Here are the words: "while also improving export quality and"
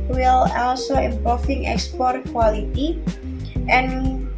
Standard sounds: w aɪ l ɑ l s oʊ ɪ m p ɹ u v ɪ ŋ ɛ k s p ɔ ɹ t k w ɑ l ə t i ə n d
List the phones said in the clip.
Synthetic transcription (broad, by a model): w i l ɑ l s oʊ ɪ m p ɔ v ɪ ŋ ɛ k s p ɔ ɹ t k w ɑ l ə t i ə n